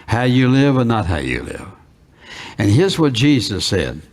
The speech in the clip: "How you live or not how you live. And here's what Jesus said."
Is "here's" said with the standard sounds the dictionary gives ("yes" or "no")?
yes